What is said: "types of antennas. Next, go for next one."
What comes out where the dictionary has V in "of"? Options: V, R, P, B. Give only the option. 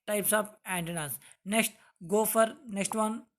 P